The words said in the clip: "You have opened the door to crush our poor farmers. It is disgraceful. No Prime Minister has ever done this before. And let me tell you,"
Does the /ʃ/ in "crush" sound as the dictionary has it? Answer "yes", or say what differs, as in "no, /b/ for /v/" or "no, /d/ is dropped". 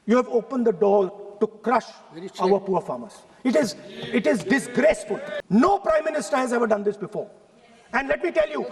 yes